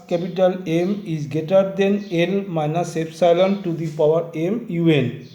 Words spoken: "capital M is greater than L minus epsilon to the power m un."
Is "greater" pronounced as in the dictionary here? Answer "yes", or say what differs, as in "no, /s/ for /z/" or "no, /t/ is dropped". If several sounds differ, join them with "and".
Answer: no, /ɹ/ is dropped